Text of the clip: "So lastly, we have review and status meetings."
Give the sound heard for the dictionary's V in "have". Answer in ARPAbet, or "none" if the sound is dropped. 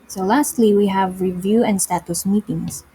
V